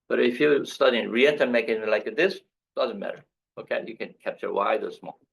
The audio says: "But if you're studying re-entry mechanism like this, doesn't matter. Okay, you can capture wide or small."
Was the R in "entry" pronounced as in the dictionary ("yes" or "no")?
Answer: no